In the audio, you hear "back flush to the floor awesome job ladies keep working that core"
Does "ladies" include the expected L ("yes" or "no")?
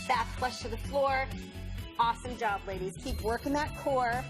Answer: yes